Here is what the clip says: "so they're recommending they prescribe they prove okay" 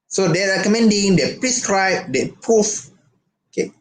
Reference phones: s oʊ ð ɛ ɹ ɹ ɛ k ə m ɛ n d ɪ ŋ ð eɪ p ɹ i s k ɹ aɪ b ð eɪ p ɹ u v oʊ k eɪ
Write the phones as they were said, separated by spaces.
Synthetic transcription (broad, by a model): s oʊ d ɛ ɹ ɹ ɛ k ə m ɛ n d ɪ ŋ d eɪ p ɹ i s k ɹ aɪ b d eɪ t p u f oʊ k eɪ